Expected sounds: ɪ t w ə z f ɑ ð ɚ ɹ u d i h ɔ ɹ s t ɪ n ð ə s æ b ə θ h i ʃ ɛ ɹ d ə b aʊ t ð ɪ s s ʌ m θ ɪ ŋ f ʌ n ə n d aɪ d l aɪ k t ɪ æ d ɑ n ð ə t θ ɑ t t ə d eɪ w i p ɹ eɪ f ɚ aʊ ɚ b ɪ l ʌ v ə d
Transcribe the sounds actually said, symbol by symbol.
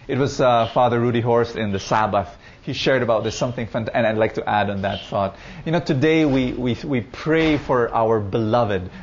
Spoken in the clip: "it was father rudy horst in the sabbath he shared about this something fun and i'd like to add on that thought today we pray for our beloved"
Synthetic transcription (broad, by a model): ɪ t w ə z f ɑ ð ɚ ɹ u d i h ɔ ɹ s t ɪ n ð ə s æ b ə θ h i ʃ ɛ ɹ d ə b aʊ t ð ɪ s s ʌ m θ ɪ ŋ f ʌ n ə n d aɪ d l aɪ k t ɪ æ d n ð ə t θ ɑ t t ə d eɪ w i p ɹ eɪ f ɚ aʊ ɚ b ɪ l ʌ v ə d